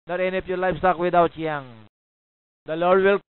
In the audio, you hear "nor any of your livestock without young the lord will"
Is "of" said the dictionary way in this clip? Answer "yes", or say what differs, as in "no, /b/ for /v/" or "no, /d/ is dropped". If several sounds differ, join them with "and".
no, /p/ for /v/